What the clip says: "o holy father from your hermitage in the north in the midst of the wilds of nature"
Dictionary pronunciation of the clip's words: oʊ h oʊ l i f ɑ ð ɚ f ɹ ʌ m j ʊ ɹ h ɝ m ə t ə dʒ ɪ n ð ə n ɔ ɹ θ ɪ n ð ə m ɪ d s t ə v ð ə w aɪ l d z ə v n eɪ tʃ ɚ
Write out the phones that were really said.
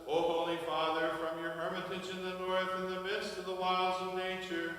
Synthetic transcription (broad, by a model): oʊ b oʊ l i f ɑ ð ɚ f ɹ ʌ m j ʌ ɹ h ɝ m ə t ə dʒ ɪ n ð ə n ɔ ɹ θ ɪ n ð ə m ɪ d s t ə v ð ə w aɪ l d z ə v n eɪ tʃ ɚ